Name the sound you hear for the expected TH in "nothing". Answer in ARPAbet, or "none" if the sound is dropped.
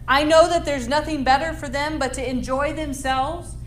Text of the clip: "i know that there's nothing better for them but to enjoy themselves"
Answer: TH